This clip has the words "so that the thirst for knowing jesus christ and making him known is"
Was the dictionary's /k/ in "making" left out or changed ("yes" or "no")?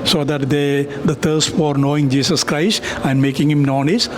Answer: no